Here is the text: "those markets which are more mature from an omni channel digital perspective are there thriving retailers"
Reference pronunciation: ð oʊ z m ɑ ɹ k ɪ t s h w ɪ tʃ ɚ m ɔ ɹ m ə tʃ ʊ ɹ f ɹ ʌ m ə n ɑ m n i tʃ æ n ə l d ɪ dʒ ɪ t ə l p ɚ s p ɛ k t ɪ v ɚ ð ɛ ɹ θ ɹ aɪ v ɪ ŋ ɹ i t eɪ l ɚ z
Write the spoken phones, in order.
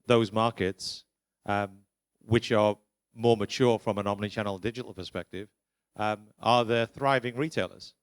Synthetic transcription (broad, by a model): ð oʊ z m ɑ ɹ k ɪ t s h w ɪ tʃ ɚ m ɔ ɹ m ə tʃ ʊ ɹ f ɹ ʌ m ə n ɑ m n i tʃ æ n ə n d ɪ dʒ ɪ t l p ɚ s p ɛ k t ɪ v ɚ ð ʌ θ ɹ aɪ v ɪ ŋ ɹ i t eɪ l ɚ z